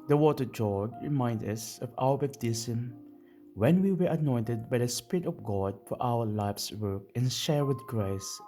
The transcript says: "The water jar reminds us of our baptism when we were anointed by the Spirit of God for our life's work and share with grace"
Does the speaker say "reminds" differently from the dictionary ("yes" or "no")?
yes